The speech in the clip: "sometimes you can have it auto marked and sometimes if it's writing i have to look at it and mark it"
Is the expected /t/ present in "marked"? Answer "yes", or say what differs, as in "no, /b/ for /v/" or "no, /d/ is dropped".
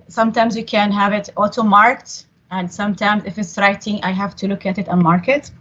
yes